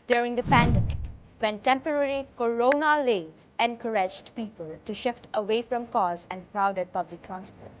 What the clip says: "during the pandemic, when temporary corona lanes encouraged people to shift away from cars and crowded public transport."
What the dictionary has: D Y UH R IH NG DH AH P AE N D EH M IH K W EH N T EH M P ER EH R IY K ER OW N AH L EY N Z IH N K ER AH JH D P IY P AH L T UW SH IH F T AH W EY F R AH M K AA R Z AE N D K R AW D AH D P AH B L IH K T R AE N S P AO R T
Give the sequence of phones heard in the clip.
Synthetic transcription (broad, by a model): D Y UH R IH NG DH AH P AE N D EH M IH K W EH N T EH M P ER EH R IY K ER OW N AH L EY Z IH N K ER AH JH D P IY P AH L T UW SH IH F T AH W EY F R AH M K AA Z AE N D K R AW D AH D P AH B L IH K T R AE N S P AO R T